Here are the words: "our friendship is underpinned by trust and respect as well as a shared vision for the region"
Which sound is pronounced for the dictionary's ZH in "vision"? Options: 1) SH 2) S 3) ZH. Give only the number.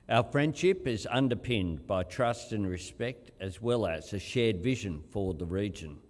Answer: 3